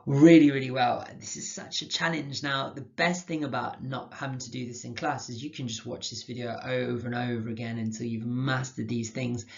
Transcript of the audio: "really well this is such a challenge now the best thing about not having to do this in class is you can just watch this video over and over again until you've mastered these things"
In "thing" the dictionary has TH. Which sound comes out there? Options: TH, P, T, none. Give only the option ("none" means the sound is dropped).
TH